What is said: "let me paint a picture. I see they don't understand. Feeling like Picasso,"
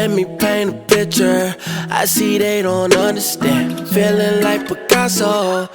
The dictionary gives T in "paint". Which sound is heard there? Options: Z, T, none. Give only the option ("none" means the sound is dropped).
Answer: none